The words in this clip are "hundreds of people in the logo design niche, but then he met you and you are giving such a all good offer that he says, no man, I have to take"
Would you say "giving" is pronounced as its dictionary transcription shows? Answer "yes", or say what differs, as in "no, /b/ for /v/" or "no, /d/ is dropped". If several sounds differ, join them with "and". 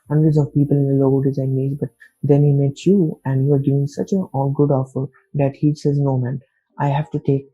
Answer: no, /v/ is dropped